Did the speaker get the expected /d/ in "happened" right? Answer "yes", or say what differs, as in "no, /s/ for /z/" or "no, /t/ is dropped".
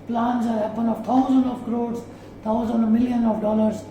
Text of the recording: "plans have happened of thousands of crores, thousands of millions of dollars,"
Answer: no, /d/ is dropped